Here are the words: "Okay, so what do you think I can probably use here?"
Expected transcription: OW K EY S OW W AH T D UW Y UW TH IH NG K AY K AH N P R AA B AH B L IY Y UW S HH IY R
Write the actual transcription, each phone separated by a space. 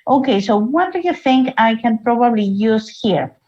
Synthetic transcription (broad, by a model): OW K EY S OW W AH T D UW Y UW TH IH NG K AY K AH N P R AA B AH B L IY Y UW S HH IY R